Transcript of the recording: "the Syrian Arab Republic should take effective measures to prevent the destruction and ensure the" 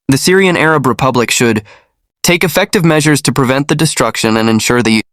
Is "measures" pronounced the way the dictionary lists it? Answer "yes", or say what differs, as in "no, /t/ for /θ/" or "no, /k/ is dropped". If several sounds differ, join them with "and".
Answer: yes